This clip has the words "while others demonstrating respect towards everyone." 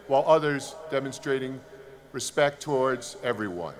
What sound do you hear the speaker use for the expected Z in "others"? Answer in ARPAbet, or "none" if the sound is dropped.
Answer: Z